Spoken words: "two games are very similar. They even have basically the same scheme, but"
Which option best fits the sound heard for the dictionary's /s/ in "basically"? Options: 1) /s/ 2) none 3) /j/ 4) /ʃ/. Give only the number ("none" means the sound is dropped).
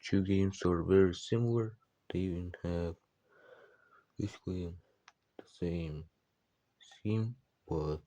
2